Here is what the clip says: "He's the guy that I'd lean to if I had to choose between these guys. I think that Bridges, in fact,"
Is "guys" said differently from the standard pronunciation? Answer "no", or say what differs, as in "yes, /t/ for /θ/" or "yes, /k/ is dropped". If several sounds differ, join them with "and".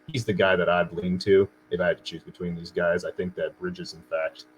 no